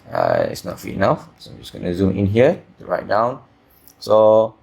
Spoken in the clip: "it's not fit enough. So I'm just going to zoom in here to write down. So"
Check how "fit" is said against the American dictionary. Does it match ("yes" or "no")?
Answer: no